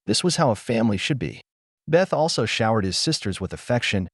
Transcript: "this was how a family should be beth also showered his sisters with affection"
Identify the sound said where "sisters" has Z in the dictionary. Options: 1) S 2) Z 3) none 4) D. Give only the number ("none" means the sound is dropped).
2